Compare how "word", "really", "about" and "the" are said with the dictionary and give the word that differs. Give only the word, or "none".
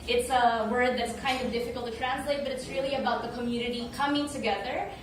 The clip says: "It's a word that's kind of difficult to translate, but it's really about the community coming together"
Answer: none